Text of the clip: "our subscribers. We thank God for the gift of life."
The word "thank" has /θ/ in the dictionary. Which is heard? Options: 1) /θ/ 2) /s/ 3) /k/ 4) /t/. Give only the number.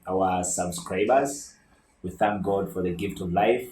1